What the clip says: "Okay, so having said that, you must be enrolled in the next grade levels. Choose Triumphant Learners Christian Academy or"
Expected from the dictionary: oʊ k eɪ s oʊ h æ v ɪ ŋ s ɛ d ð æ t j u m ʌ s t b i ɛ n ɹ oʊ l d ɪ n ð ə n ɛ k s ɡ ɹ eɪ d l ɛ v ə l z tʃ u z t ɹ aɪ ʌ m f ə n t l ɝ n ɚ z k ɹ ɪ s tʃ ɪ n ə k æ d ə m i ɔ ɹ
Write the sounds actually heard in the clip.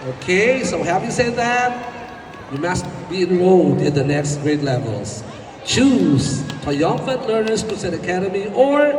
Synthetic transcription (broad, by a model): oʊ k eɪ s oʊ h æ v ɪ s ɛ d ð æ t j u m ʌ s t b i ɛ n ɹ oʊ d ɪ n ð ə n ɛ k s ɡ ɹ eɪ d l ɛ v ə l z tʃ u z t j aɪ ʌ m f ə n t l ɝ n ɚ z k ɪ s ɪ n ə k æ d ə m i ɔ ɹ